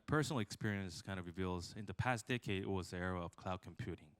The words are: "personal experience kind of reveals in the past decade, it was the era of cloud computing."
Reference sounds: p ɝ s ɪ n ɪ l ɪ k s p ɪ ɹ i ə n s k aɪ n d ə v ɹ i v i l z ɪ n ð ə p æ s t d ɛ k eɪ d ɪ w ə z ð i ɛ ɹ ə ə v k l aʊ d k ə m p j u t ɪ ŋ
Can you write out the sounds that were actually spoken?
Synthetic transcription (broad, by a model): p ɝ s n l ɪ k s p ɪ ɹ i ə n s k aɪ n ə v ɹ i v i l z ɪ n ð ə p æ s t d ɛ k eɪ d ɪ w ə z ð i ɛ ɹ ə ə v k l aʊ d k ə m p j u t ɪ ŋ